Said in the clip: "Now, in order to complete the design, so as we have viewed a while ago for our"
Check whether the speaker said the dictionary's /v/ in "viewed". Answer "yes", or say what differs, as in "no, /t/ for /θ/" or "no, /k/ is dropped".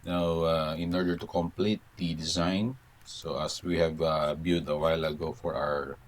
no, /b/ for /v/